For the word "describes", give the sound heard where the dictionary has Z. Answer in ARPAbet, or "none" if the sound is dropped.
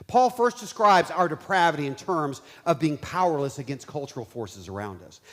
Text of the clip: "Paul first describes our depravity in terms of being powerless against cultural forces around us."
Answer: Z